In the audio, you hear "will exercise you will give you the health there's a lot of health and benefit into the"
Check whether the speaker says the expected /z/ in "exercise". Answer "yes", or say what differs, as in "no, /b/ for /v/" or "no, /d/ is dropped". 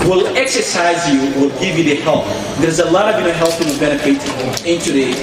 yes